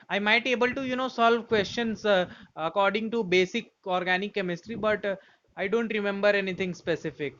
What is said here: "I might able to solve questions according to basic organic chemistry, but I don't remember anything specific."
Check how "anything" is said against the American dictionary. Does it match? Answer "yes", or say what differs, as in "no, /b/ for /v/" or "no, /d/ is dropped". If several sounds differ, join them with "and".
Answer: no, /t/ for /θ/